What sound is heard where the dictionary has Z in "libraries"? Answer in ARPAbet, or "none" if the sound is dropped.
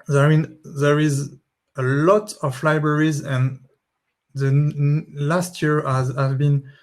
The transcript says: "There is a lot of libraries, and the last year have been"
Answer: Z